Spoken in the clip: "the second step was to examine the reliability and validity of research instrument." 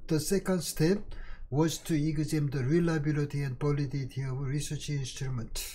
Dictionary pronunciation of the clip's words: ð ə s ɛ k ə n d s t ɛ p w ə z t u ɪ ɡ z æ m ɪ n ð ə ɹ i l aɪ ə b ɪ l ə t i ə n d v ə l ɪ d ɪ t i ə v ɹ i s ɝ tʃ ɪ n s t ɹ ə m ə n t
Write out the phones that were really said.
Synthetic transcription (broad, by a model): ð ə s ɛ k ə n d s t ɛ p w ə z t u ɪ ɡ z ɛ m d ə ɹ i l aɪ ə b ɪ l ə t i ə n d b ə l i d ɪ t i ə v ɹ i s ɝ tʃ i n s t ɹ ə m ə n t